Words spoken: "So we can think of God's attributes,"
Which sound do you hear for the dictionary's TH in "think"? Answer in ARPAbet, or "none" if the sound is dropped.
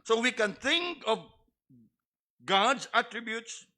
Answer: T